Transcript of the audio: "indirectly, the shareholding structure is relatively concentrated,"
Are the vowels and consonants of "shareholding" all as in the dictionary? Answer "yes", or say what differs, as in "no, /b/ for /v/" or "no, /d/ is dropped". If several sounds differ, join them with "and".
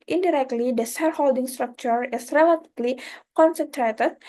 no, /s/ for /ʃ/